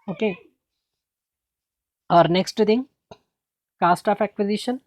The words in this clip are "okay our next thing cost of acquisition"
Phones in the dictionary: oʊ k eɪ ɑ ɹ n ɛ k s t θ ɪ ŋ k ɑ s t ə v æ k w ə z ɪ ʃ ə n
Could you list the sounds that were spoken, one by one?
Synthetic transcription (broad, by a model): oʊ k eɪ ɑ ɹ n ɛ k s t t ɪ ŋ k ɑ s t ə p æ k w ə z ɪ ʃ ə n